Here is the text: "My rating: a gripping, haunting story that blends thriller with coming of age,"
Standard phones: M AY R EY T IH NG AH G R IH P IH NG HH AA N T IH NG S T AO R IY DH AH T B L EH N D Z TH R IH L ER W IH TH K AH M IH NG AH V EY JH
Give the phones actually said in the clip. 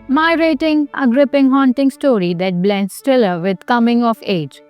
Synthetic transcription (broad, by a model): M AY R EY T IH NG AH G R IH P IH NG HH AA N T IH NG S T AO R IY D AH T B L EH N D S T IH L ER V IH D K AH M IH NG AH F EY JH